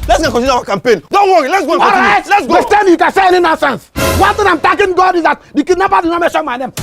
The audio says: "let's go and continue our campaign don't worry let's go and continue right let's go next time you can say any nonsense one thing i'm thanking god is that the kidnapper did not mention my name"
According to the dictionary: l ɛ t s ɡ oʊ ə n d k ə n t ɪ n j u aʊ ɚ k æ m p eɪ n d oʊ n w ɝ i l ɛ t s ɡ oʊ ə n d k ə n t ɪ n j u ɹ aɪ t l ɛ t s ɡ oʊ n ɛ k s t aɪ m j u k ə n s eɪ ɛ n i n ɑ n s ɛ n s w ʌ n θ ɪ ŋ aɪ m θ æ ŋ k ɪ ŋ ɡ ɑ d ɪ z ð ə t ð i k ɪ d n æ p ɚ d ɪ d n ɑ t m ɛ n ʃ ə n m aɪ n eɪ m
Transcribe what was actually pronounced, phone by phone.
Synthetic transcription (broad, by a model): l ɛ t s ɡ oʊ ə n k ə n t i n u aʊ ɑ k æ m p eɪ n d oʊ n w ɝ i l ɛ t s ɡ oʊ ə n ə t ɹ aɪ t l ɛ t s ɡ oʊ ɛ s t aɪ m j u k ə n s eɪ ɛ n i n ɑ n s ɛ n s w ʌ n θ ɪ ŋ aɪ m t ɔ k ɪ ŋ ɡ ɑ d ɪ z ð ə t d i k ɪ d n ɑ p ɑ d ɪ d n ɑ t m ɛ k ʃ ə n m aɪ n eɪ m